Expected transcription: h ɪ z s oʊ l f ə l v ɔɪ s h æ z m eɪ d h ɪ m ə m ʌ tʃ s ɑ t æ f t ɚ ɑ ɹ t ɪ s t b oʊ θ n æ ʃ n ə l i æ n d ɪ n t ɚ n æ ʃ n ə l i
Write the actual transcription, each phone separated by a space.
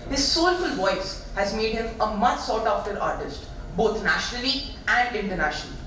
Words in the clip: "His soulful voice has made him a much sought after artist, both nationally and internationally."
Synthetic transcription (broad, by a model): h ɪ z s oʊ l f ə l v ɔɪ s h æ z m eɪ d h ɪ m ə m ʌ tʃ s ɑ t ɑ f t ɚ ɑ ɹ t ɪ s t b oʊ t n æ ʃ n ə l i æ n d ɪ n t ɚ n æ ʃ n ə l i